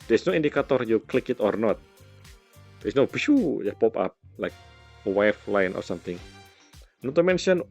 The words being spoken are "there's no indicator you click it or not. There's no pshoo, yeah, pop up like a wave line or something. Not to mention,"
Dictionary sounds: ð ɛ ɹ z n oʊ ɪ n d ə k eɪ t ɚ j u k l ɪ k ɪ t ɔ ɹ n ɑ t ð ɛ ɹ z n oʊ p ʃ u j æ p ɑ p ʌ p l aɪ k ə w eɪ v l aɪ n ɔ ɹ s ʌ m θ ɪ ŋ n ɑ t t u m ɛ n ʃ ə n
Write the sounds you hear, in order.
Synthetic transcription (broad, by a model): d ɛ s n oʊ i n d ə k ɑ t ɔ j u k l ɪ k ɪ t ɔ ɹ n ɑ t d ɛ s n oʊ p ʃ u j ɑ p ɑ p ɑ p l aɪ k ə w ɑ f l aɪ n ɔ ɹ s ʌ m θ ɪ ŋ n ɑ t t u m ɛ n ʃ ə n